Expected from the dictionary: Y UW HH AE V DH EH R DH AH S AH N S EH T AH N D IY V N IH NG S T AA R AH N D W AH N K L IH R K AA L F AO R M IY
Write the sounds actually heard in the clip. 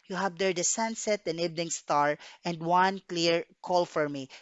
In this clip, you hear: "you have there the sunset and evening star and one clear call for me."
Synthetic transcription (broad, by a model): Y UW HH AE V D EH R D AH S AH N S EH T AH N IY B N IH NG S T AA R AH N D W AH N K L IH R K AA L F AO R M IY